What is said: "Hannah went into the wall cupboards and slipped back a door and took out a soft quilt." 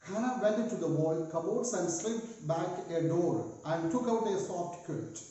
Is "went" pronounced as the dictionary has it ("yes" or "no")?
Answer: no